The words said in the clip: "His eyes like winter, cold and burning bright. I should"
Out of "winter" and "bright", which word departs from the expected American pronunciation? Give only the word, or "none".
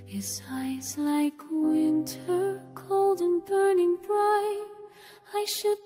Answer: bright